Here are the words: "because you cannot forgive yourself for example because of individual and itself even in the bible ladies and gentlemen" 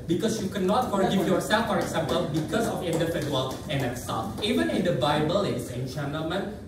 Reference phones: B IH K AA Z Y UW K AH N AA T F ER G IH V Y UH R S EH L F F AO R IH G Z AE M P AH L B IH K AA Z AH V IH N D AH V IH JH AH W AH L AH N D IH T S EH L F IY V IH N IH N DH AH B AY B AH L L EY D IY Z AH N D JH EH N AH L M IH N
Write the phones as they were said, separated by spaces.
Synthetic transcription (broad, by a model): B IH K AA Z Y UW K AH N AA T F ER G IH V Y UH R S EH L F F AO R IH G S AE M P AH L B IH K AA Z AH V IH N D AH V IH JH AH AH L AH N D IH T S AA F IY V IH N IH N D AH B AY B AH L L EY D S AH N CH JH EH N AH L M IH N